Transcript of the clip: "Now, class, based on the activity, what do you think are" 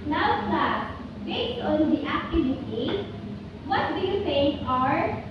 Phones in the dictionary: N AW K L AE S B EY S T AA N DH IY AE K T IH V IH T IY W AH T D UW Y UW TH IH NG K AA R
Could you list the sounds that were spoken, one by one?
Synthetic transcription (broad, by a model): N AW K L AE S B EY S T AA N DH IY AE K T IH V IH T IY W AH T D UW Y UW S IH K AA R